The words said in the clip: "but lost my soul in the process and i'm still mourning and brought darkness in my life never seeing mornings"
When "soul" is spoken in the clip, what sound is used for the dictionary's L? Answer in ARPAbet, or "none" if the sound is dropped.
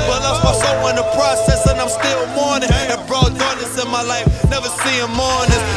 W